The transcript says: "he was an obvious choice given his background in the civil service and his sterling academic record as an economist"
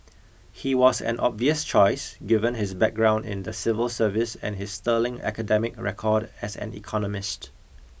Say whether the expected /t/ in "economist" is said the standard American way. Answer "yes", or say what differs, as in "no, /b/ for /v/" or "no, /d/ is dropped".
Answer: yes